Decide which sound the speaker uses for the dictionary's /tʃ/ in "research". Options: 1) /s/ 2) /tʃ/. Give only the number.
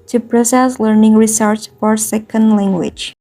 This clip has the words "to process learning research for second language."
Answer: 1